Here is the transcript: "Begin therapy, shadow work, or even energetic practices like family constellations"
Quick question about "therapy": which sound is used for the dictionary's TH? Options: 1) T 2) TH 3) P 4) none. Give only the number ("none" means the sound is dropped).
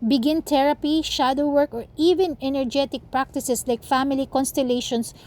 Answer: 1